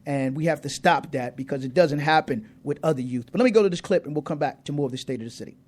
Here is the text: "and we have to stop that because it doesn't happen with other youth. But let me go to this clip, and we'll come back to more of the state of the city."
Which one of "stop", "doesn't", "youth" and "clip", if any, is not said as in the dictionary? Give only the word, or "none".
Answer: none